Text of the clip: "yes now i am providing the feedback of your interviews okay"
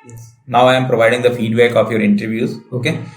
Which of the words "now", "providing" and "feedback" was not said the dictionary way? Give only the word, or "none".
none